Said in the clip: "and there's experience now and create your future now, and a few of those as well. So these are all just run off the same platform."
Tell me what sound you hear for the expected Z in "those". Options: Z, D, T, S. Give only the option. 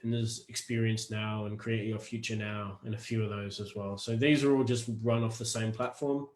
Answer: Z